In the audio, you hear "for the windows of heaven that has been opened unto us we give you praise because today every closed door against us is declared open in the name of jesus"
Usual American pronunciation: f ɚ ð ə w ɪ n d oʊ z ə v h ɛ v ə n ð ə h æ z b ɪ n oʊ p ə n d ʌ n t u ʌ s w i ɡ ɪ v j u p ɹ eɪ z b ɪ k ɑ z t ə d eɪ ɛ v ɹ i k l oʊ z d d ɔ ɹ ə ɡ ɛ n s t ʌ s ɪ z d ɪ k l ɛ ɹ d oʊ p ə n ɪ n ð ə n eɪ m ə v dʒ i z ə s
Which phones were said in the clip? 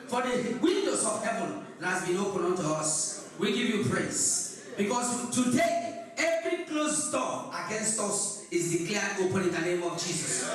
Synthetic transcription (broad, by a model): f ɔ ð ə w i n d oʊ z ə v h ɛ v ə n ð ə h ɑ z b ɪ n oʊ p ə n ʌ n t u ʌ s w i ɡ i v j u p ɹ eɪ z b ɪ k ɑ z t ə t eɪ ɛ v ɹ i k l oʊ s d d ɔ ə ɡ ɛ n s t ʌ s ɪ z d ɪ k l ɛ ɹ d oʊ p ə n ɪ n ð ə n eɪ m ə v dʒ i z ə s